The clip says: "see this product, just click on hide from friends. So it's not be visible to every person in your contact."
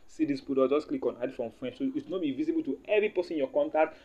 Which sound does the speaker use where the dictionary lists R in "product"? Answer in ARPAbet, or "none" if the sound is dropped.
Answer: none